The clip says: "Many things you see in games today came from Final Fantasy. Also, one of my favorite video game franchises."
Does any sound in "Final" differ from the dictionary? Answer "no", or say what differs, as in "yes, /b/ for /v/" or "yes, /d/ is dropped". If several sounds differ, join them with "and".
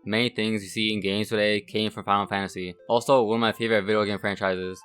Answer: yes, /n/ is dropped